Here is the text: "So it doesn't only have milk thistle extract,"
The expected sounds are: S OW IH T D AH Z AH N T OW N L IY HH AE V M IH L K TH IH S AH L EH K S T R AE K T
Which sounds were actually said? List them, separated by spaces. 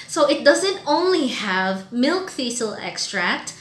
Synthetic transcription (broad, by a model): S OW IH T D AH Z AH N T OW N L IY HH AE V M IH L K F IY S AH L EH K S T R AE K T